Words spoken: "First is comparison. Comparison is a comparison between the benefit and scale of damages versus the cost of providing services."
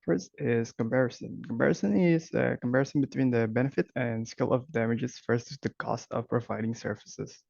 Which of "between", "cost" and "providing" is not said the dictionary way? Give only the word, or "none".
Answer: none